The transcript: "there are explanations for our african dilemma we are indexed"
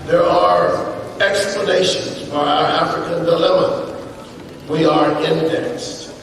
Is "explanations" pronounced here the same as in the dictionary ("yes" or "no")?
yes